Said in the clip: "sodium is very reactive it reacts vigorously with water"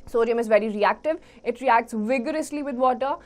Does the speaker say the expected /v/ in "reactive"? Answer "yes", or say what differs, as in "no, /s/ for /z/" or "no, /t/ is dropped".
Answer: yes